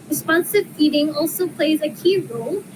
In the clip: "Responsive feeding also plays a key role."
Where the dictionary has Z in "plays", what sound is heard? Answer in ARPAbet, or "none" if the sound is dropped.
Z